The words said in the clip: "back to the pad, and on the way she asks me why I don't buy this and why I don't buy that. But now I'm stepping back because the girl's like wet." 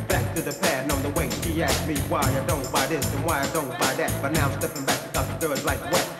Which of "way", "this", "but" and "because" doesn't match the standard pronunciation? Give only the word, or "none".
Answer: because